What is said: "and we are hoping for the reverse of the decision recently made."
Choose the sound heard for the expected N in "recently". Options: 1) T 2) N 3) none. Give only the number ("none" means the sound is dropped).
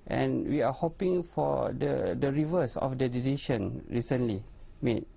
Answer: 2